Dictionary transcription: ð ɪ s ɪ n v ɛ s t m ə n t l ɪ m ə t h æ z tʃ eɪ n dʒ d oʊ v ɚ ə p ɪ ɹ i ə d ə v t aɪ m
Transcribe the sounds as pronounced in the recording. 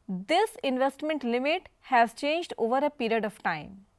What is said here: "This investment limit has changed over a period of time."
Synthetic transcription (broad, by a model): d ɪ s ɪ n v ɛ s t m ə n t l ɪ m ə t h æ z tʃ eɪ n dʒ d oʊ v ɚ ə p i ɹ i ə d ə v t aɪ m